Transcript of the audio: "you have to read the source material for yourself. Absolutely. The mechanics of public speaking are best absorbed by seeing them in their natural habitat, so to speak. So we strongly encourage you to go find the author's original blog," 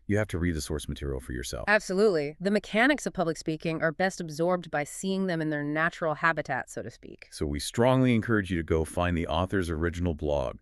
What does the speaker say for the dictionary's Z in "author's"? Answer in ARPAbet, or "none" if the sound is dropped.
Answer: Z